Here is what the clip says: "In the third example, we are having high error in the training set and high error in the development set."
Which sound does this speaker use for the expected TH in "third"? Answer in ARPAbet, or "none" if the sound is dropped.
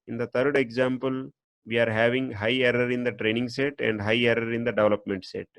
T